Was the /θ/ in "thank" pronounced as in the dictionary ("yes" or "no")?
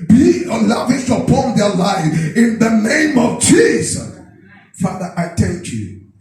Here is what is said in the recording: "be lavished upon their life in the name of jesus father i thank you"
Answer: no